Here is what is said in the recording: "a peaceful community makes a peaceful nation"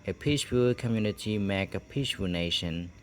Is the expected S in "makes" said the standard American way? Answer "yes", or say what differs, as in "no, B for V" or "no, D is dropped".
no, S is dropped